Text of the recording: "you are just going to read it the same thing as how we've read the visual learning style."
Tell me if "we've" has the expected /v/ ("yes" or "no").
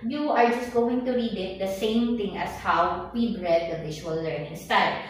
no